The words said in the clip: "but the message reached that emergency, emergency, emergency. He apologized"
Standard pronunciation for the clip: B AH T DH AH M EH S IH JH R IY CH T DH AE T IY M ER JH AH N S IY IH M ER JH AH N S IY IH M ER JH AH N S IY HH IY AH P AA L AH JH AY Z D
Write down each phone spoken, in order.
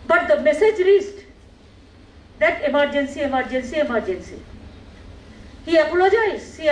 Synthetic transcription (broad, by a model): B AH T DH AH M EH S IH JH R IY S T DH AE T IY M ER JH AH N S IY IH M ER JH AH N S IY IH M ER JH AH N S IY HH IY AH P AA L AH JH AY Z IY